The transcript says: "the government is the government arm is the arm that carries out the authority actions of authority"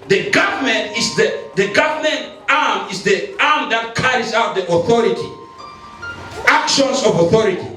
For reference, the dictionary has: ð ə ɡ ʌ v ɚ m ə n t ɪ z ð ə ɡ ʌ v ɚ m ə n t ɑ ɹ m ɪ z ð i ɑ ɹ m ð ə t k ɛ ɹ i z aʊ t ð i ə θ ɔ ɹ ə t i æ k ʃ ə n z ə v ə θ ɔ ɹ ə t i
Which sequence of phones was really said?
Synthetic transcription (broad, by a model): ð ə ɡ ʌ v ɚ m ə n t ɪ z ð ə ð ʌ v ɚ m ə n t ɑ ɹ m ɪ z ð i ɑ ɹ m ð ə t k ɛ ɹ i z aʊ t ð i ə θ ɔ ɹ ə t i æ k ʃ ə n s ə v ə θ ɔ ɹ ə t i